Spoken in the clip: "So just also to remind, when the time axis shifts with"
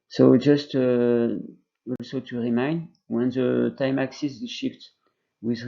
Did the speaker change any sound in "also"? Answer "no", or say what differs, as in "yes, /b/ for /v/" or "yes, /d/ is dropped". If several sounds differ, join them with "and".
no